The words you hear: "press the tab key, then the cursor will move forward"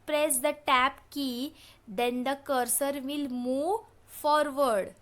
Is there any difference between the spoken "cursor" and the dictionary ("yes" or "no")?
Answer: no